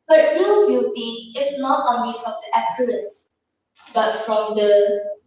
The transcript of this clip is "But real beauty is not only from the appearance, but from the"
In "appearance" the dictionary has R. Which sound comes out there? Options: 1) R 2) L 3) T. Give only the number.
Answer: 2